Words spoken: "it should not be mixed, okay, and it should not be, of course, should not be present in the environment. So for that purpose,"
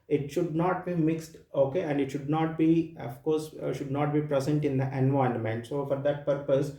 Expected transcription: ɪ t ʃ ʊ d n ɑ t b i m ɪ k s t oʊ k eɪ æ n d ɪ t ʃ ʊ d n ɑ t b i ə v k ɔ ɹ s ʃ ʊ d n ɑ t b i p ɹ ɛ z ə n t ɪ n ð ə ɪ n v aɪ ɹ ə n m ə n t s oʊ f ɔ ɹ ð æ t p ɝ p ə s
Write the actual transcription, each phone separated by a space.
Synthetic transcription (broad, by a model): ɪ t ʃ ʊ d n ɑ t b i m ɪ k s t oʊ k eɪ æ n d ɪ t ʃ ʊ d n ɑ t b i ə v k ɔ ɹ s ʃ ʊ d n ɑ t b i p ɹ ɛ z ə n t ɪ n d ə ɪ n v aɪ ə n m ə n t s oʊ f ɔ ɹ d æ t p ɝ p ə s